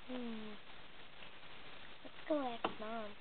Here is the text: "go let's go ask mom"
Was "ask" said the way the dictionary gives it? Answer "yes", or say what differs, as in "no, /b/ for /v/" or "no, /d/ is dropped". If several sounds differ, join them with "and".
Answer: no, /s/ is dropped